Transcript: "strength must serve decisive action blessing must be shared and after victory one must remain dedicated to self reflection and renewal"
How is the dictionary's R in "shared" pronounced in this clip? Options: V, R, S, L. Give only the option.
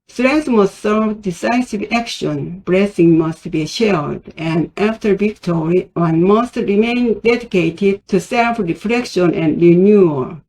L